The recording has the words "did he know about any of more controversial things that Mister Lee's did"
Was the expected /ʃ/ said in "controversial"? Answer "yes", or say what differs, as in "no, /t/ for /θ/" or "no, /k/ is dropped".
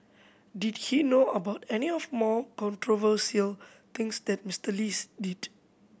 no, /s/ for /ʃ/